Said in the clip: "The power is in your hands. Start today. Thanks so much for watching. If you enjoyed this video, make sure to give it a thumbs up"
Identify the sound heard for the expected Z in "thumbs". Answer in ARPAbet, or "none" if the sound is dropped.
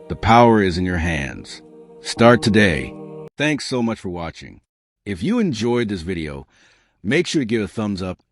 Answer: Z